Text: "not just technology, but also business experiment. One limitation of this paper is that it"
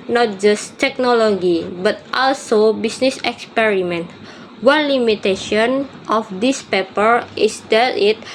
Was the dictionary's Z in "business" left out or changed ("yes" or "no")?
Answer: yes